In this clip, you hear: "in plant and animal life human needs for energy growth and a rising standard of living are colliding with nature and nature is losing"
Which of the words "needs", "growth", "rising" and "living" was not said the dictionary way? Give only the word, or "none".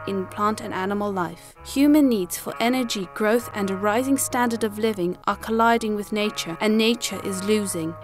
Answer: none